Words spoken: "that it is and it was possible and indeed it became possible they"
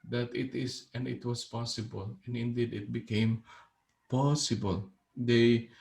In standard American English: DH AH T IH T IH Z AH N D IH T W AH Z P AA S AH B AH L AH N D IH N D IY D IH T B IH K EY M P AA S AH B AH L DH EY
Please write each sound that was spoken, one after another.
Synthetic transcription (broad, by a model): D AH T IH T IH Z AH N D IH T W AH S P AA S AH B AH L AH N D IH N D IY D IH T B IH K EY M P AA S AH B AH L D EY